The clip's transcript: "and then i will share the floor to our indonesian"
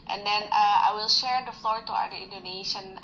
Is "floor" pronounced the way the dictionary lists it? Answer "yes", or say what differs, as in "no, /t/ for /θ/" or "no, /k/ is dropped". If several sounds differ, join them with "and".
yes